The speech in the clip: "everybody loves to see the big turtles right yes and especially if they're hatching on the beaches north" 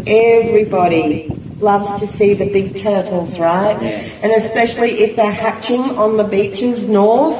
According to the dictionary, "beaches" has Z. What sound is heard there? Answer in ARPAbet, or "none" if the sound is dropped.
Z